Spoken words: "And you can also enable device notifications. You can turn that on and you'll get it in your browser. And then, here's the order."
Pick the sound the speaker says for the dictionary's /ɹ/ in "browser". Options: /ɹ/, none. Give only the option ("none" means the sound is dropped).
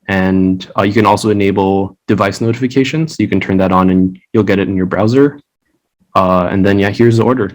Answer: /ɹ/